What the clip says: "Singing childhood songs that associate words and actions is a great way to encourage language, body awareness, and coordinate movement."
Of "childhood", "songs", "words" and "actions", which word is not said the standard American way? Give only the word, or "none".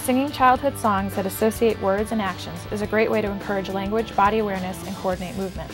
none